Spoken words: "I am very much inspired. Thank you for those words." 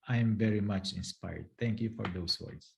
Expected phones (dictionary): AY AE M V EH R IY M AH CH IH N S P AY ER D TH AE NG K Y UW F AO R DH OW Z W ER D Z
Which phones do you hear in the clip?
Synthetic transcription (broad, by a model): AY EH M V EH R IY M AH CH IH N S P AY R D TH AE NG K Y UW F AO R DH OW S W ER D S